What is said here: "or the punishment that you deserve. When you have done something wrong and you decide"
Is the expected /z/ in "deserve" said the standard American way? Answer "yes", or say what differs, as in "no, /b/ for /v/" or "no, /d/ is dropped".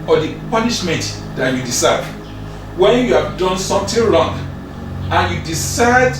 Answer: no, /s/ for /z/